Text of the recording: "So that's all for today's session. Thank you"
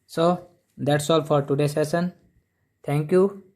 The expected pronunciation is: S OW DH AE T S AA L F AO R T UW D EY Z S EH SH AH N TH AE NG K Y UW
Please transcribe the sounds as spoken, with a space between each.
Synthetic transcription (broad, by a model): S OW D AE T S AA L F AO R T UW D EY S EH S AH N T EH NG K Y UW